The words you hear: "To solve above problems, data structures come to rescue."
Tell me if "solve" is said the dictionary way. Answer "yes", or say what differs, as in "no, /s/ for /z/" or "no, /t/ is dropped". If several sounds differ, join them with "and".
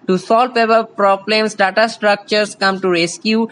no, /p/ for /v/